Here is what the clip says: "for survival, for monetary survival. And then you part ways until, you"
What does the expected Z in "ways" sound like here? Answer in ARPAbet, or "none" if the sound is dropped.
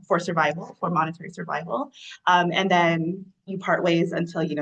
Z